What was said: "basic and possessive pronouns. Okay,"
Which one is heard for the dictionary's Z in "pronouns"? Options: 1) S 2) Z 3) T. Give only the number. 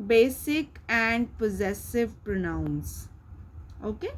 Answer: 1